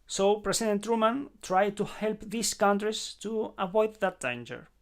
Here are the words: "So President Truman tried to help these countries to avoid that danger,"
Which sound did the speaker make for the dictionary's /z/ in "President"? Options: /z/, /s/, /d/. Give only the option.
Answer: /s/